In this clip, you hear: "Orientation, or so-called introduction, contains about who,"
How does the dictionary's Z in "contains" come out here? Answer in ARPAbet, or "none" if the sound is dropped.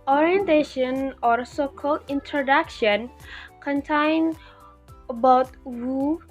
none